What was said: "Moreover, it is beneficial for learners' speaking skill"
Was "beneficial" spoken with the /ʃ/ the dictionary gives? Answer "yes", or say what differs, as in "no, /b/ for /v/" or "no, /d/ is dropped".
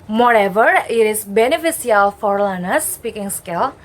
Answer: no, /s/ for /ʃ/